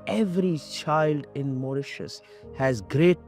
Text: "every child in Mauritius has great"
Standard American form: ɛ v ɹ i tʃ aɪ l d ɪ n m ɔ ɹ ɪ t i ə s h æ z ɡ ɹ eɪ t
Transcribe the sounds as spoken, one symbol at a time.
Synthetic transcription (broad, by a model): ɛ v ɹ i tʃ aɪ l d ɪ n m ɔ ɹ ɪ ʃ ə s h æ z ɡ ɹ eɪ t